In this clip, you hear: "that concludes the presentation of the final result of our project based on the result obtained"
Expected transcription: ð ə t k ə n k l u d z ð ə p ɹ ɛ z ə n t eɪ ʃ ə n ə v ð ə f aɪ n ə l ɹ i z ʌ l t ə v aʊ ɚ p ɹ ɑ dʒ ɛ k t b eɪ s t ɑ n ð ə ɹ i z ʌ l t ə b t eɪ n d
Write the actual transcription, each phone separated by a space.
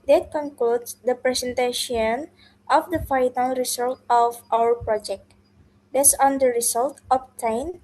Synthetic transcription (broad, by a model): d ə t k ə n k l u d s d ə p ɹ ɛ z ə n t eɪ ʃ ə n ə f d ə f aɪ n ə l ɹ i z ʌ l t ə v aʊ ɚ p ɹ ɑ dʒ ɛ k t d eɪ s ɑ n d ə ɹ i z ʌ l t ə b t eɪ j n